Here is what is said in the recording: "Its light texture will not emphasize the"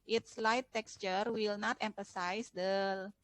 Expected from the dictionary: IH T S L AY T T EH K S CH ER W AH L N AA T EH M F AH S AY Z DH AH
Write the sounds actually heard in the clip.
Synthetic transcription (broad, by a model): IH T S L AY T T EH K S CH ER W AH L N AA T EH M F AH S AY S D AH